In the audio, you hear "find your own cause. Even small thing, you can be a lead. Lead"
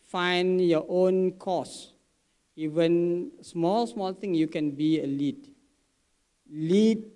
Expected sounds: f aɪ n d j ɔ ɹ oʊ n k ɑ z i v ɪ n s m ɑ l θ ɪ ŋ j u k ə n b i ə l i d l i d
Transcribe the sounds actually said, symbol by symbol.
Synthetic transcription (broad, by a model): f aɪ n j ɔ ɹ oʊ n k ɑ s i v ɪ n s m ɑ l s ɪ ŋ j u k ə n b i ə l i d l i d